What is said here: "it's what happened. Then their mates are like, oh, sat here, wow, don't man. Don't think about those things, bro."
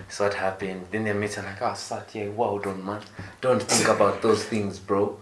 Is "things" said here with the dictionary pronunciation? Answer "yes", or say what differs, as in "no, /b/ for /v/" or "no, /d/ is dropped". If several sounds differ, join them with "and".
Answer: yes